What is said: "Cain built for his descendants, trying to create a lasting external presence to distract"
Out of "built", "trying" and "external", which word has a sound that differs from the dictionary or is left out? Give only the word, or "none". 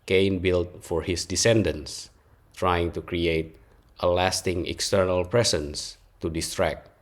none